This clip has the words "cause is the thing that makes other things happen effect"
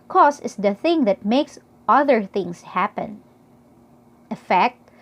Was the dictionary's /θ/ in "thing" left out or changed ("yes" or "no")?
no